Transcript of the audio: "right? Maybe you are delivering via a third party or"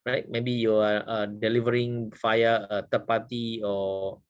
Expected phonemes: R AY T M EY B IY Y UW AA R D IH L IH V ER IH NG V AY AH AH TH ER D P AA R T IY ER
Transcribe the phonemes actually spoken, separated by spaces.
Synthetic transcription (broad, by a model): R AY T M EY B IY Y UW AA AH D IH L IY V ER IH NG F AY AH AH T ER P AA T IY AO